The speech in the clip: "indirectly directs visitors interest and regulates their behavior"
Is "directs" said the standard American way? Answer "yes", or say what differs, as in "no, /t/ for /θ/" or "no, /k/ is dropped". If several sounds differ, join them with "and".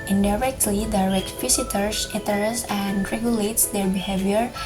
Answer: no, /s/ is dropped